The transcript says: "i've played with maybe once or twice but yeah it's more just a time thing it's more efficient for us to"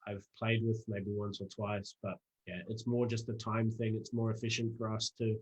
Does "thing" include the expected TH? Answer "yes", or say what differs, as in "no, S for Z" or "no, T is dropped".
yes